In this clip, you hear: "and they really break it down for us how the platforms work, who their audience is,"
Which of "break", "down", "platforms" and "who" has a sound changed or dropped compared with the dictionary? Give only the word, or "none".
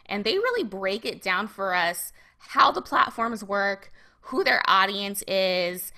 none